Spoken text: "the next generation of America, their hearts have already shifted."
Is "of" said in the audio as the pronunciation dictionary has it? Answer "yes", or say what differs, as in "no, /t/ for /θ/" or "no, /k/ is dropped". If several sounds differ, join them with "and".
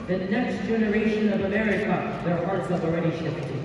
yes